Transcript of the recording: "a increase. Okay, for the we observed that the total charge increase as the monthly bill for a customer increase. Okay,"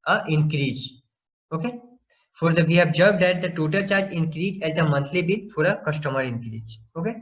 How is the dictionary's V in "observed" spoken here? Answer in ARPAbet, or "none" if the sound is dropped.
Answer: B